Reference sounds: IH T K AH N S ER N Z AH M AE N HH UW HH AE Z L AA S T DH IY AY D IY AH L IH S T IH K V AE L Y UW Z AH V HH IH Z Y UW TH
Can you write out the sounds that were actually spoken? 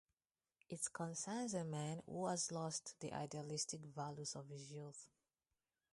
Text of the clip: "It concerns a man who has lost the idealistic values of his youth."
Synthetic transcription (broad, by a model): IH T K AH N S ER N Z AH M AE N HH UW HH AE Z L AA S T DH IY AY D IY AH L IH S T IH K V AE L Y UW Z AH V HH IH Z Y UW TH